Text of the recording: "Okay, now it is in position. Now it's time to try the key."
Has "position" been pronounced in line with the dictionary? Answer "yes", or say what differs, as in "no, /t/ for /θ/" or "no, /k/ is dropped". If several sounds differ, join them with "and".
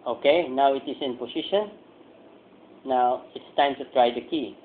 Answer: no, /s/ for /z/